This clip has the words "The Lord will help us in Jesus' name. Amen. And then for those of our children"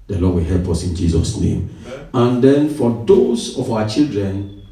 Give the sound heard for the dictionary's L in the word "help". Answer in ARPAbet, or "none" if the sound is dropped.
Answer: L